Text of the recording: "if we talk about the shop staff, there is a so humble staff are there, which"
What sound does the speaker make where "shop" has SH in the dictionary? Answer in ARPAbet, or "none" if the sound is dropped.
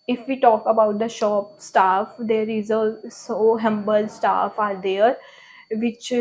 SH